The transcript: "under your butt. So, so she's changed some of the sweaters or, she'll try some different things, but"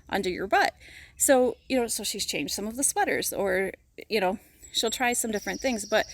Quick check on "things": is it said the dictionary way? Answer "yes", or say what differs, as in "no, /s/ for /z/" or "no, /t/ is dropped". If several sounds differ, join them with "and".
yes